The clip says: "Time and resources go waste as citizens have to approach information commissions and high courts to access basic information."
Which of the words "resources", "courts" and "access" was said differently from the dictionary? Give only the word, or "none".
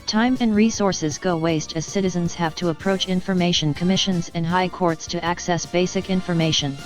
none